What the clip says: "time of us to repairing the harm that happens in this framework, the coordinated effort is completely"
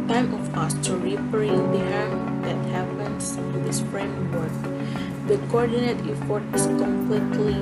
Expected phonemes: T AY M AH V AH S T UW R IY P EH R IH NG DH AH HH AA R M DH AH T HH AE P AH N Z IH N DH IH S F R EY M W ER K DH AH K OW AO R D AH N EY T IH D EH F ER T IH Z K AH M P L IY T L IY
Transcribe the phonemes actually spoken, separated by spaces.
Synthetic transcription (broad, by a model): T AY M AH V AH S T UW R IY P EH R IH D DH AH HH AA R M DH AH T HH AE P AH N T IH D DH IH S P R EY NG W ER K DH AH K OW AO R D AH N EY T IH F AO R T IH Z K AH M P L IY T L IY